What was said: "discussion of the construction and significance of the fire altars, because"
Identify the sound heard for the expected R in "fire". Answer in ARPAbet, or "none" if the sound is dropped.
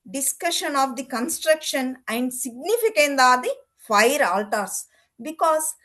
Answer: R